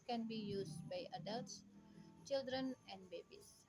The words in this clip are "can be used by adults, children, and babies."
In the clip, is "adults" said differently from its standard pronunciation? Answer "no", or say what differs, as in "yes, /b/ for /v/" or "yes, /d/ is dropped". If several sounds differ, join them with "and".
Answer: no